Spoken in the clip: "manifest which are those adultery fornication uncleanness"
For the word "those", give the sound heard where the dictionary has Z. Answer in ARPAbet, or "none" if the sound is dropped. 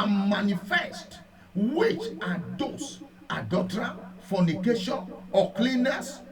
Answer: S